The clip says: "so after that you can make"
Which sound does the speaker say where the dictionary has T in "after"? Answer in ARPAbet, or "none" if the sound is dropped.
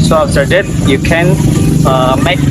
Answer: S